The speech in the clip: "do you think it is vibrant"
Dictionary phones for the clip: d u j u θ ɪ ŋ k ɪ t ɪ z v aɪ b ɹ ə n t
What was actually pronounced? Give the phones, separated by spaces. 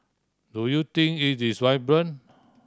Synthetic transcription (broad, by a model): d u j u t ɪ ŋ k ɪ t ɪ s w aɪ b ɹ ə n